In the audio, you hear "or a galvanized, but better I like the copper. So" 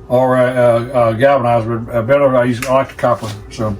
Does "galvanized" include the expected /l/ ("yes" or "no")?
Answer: no